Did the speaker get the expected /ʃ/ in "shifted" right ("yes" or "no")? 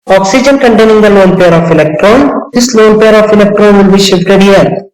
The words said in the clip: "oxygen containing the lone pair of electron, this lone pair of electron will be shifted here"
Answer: yes